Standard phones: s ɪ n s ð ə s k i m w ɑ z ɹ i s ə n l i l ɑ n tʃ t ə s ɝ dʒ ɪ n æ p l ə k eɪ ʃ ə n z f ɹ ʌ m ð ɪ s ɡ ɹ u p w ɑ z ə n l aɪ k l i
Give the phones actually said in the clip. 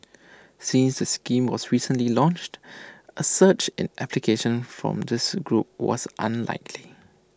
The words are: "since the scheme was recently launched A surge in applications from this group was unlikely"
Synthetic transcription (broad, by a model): s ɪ n s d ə s k i m w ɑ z ɹ i s ə n l i l ɑ n tʃ t ə s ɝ tʃ ɪ n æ p l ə k eɪ ʃ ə n f ɹ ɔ m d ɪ s ɡ ɹ u p w ɑ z ə n l aɪ k l i